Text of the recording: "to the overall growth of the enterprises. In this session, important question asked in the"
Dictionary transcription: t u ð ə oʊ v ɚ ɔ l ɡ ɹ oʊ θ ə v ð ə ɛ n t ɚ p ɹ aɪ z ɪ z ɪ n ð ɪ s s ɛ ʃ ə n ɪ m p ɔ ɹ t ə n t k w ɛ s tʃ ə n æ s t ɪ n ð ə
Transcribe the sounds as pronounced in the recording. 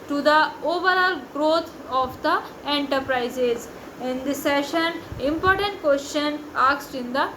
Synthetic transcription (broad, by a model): t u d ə oʊ v ɚ ɔ l ɡ ɹ oʊ t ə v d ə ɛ n t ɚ p ɹ aɪ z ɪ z ɪ n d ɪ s s ɛ ʃ ə n ɪ m p ɔ ɹ t ə n t k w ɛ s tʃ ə n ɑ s t ɪ n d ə